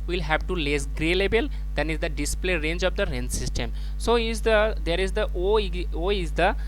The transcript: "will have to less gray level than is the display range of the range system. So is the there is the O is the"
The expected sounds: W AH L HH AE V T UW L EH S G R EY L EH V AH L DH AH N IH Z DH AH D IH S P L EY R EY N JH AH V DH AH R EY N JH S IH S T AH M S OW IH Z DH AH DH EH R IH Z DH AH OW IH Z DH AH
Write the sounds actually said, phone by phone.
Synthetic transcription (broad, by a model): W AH L HH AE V T UW L EH S G R EY L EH B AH L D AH N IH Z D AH D IH S P L EY R EY N JH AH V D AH R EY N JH S IH S T AH M S OW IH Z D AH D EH R IH Z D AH OW IH Z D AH